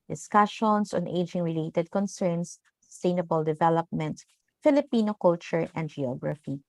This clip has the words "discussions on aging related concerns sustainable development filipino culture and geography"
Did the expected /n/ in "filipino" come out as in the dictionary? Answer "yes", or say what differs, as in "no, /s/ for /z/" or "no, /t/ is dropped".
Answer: yes